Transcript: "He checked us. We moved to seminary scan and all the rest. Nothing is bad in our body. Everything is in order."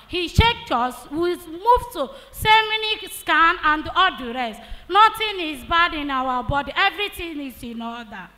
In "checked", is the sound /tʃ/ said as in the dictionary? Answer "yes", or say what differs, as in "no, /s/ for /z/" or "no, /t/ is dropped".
no, /ʃ/ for /tʃ/